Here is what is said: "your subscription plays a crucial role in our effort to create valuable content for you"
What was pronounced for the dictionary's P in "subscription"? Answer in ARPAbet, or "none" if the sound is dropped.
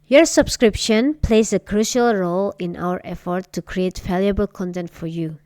P